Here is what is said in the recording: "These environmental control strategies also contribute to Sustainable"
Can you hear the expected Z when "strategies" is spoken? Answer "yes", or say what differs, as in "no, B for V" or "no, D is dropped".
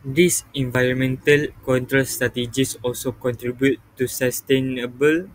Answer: no, S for Z